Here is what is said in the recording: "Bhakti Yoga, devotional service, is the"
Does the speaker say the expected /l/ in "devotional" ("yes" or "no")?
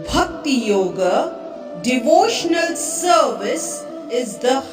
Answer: yes